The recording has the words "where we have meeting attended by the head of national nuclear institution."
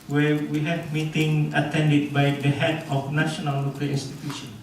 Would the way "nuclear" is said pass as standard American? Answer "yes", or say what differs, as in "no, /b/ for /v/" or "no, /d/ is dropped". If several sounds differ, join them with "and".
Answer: no, /l/ is dropped